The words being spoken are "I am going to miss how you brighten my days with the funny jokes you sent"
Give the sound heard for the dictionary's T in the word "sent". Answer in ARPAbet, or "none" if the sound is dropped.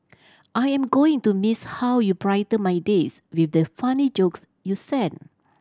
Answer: none